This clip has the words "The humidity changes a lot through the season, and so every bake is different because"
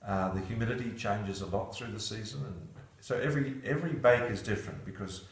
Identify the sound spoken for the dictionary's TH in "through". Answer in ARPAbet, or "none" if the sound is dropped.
TH